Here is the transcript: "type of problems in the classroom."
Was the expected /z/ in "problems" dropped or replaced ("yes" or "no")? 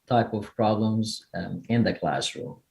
no